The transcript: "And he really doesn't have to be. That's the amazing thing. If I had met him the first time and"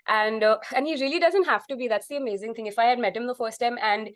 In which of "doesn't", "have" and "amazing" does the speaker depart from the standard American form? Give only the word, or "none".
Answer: have